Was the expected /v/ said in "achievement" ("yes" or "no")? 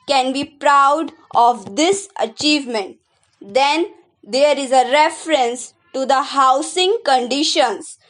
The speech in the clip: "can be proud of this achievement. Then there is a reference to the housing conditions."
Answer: yes